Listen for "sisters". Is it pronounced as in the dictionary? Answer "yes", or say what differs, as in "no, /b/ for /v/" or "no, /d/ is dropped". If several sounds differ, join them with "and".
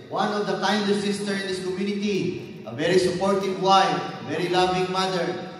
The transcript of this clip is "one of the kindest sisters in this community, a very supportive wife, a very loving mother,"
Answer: no, /z/ is dropped